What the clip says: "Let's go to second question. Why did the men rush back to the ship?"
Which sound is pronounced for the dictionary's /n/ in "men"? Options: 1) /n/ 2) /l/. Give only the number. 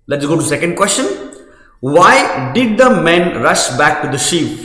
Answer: 1